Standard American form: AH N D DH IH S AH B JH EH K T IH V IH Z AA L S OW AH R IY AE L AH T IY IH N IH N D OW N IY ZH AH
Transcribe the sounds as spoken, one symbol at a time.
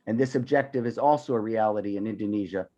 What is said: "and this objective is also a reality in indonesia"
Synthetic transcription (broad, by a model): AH N DH IH S AH B JH EH K T IH V IH Z AA L S OW AH R IY AE L AH T IY IH N IH N D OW N IY ZH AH